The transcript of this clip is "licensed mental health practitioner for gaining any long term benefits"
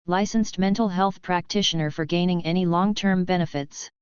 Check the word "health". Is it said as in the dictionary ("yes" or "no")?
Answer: yes